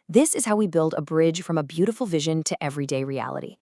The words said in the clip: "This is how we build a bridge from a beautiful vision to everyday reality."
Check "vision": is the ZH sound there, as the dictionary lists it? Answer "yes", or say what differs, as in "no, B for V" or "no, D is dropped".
yes